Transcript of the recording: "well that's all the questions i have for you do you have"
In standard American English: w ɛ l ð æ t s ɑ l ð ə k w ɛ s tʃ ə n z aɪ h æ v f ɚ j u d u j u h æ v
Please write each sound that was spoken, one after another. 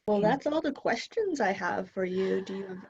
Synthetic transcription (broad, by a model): w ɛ l ð æ t s ɑ l ð ə k w ɛ s tʃ ə n z aɪ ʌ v f ɚ j u d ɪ j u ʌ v